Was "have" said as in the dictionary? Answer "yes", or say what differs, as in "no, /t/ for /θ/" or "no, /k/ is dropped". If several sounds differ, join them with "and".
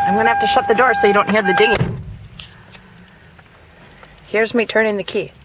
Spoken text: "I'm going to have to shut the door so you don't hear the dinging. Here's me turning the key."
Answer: no, /f/ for /v/